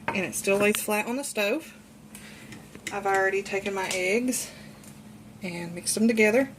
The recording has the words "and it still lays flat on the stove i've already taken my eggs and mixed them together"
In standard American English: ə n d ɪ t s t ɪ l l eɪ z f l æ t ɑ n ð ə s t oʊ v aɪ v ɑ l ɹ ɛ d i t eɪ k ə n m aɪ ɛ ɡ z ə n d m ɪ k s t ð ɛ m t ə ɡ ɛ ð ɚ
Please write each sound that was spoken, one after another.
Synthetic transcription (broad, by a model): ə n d ɪ t s t ɪ l w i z f l æ t n ð ə s t oʊ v aɪ v l ɹ ɛ d i t eɪ k ə n m aɪ ɛ ɡ z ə n m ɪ k s ð m t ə ɡ ɛ ð ɚ